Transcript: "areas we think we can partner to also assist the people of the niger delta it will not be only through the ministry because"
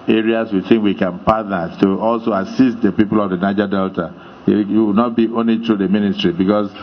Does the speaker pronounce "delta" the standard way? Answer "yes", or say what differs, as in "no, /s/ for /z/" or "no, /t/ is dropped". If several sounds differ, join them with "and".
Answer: yes